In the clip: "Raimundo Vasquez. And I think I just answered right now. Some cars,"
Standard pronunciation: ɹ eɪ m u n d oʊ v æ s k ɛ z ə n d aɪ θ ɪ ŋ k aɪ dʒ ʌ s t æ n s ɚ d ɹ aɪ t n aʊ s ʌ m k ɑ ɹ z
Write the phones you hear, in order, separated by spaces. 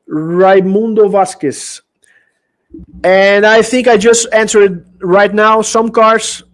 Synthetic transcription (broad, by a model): ɹ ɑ m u n d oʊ v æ s k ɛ s ə n d aɪ θ ɪ ŋ k aɪ dʒ ʌ s t æ n s ɚ d ɹ aɪ t n aʊ s ʌ m k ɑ ɹ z